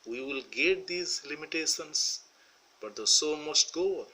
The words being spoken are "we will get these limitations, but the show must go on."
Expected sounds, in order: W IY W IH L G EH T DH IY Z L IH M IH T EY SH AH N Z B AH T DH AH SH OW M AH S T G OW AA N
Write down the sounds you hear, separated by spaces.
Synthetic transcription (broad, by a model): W IY W IH L G EH T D IY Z L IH M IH T EY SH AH N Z B AH T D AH S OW M AH S T G OW